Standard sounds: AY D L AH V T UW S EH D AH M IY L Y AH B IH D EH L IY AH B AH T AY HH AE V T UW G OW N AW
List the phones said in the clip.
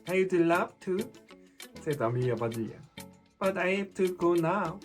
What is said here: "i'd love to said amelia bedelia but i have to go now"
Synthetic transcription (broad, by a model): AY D L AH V T UW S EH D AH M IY Y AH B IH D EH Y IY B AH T AY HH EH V T UW G OW N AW